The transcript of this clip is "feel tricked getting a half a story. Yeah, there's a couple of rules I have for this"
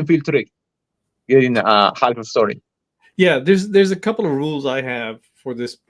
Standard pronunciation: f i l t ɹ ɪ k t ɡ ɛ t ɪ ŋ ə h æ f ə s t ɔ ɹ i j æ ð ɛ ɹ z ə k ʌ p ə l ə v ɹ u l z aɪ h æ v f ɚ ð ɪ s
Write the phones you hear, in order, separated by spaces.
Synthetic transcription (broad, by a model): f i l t ɹ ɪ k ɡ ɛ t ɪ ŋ ə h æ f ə s t ɔ ɹ i j æ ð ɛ ɹ z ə k ʌ p l ə v ɹ u l z aɪ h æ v f ɚ ð ɪ s